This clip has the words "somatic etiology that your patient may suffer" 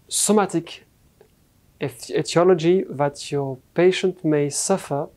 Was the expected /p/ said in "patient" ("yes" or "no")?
yes